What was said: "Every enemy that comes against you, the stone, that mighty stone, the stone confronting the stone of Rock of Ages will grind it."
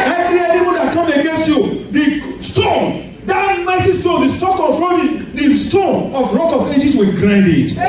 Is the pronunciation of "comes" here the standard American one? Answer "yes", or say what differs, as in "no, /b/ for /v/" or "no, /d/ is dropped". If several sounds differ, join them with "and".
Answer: no, /z/ is dropped